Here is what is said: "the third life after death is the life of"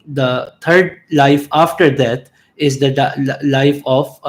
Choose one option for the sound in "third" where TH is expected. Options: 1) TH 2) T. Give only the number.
2